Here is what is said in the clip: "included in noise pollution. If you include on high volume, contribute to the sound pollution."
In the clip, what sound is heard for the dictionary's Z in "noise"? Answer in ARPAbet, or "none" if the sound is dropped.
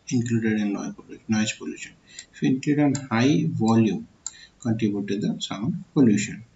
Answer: none